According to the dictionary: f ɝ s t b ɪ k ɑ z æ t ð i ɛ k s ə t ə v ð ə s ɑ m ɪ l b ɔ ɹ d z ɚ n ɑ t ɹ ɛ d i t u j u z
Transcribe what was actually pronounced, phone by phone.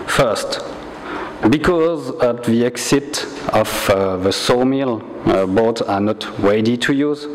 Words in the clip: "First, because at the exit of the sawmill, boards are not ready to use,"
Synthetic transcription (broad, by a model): f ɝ s t b ɪ k ɑ z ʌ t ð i ɛ k s ə t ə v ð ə s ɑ m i l b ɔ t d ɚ n ɑ t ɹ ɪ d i t u j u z